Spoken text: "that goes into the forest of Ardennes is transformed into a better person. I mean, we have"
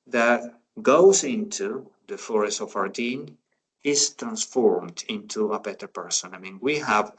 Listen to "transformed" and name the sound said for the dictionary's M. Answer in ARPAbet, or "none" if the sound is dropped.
M